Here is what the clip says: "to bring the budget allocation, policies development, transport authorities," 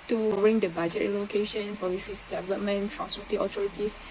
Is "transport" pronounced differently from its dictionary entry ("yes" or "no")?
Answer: yes